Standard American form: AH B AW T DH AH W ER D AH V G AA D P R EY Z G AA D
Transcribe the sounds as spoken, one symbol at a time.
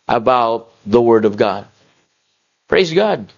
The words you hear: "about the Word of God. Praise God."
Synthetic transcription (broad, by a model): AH B AW T DH AH W ER D AH V G AA D P R EY Z G AA D